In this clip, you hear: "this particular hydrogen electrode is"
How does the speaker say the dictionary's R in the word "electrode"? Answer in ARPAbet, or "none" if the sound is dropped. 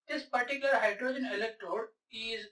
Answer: R